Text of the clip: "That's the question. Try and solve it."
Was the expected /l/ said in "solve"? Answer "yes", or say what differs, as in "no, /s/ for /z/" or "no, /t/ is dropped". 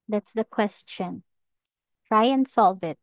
yes